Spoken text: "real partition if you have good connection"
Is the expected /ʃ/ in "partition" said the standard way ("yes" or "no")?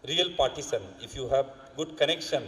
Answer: no